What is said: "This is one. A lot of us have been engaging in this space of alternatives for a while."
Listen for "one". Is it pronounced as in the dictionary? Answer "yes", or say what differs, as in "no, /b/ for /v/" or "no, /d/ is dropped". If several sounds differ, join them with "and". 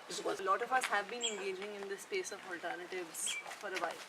no, /n/ is dropped